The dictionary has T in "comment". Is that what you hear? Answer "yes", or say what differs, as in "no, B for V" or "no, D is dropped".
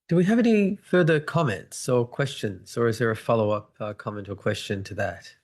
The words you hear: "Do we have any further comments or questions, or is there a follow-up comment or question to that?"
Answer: yes